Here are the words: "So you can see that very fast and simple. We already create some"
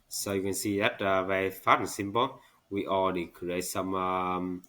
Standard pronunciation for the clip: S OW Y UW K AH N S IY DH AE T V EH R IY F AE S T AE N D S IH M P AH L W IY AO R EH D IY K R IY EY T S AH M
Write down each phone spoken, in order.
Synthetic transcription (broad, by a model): S OW Y UW K AH N S IY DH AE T V EH R IY F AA T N S IH M P AH L W IY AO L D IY K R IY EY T S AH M